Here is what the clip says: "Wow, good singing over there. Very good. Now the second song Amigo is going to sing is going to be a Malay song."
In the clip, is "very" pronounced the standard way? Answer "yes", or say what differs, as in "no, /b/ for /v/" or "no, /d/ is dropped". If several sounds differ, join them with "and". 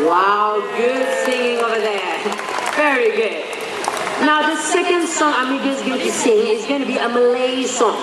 yes